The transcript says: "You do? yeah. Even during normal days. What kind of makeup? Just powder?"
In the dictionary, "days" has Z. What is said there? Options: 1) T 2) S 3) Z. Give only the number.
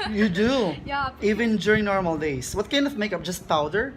2